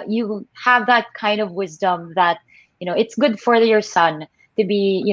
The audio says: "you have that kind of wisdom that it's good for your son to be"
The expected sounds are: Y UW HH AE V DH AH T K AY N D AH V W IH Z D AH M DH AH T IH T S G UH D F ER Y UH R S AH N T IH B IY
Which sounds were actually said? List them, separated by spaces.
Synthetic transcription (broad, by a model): Y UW HH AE V DH AH T K AY N D AH V W IH Z D AH M DH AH T IH T S G UH D F ER Y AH R S AH N T IH B IY